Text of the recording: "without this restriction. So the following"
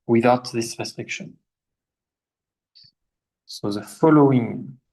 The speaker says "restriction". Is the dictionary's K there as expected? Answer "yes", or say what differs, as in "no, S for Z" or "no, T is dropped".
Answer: yes